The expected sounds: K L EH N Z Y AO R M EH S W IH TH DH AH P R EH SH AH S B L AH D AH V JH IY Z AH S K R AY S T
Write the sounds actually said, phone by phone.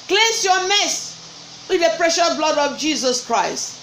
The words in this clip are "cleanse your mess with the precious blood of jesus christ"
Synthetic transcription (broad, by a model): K L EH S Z Y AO M EH S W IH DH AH P R EH SH AH S B L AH D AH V JH IY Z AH S K R AY S T